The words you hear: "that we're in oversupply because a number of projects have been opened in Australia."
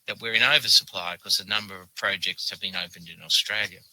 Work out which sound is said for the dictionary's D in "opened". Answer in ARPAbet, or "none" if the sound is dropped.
D